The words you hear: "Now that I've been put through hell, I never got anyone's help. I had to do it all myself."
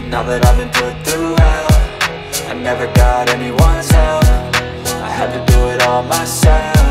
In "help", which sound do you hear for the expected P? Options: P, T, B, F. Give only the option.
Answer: F